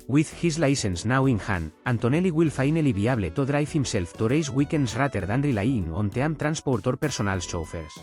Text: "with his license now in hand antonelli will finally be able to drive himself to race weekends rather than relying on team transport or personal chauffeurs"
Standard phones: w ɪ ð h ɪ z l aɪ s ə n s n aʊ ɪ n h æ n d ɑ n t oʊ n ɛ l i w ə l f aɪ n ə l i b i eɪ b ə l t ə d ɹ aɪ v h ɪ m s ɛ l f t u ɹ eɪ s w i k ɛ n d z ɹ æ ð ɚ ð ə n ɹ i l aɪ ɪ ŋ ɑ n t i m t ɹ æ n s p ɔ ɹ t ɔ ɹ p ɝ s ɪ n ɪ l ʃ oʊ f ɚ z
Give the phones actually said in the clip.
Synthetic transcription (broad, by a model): w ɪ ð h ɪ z l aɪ s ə n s n aʊ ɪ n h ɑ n ɑ n t oʊ n ɛ l i w ə l f aɪ n ə l i b i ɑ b l t ə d ɹ aɪ f h ɪ m s ɛ l f t u ɹ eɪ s w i k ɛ n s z ɹ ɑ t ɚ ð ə n ɹ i l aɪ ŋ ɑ n t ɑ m t ɹ æ n s p ɔ ɹ t ɔ ɹ p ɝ s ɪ n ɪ l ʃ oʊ f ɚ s